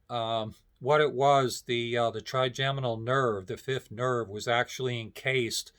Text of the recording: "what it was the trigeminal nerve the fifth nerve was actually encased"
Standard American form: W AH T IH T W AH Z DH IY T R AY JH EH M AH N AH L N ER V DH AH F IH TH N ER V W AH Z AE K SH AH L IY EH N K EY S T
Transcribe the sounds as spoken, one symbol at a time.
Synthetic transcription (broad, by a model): W AH T IH T W AH Z DH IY T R AY JH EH M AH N L N ER V DH AH F IH TH N ER V W AH Z AE K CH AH L IY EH N K EY S T